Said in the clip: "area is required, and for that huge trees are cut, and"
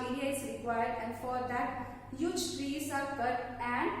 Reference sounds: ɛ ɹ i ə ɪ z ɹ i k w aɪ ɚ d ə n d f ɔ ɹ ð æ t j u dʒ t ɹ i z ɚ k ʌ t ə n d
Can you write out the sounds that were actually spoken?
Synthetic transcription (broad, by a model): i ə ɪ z ɹ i k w aɪ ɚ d ə n d f ɔ ɹ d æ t j u dʒ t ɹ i s ɚ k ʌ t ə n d